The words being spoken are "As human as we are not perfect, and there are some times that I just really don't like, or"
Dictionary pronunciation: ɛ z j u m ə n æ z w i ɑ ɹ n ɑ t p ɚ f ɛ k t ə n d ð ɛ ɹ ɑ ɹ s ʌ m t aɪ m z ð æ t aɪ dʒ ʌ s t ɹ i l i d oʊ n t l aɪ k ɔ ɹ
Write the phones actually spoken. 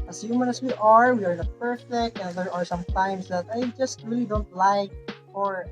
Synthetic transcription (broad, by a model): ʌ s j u m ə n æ s w i ɑ ɹ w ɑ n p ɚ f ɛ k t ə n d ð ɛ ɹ ɑ ɹ s ʌ m t aɪ m s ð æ t aɪ dʒ ʌ s t ɹ i l i d oʊ n t l aɪ k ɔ ɹ